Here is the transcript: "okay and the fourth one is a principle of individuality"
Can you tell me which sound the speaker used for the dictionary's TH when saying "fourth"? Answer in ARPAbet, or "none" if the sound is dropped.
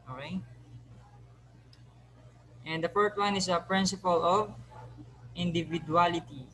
T